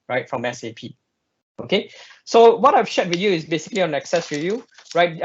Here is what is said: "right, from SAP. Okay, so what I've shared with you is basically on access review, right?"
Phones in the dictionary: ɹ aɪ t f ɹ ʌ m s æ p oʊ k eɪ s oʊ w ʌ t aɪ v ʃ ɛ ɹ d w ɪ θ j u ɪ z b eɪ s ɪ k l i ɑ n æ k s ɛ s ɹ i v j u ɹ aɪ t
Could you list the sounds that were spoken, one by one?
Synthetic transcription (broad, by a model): ɹ aɪ t f ɹ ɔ m s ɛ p oʊ k eɪ s oʊ w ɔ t aɪ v ʃ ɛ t w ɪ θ j u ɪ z b eɪ s ɪ k l i ɑ n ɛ k s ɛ s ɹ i j u ɹ aɪ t